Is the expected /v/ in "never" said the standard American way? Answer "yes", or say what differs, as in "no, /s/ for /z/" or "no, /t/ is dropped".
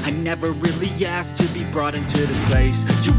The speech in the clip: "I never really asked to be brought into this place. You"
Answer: yes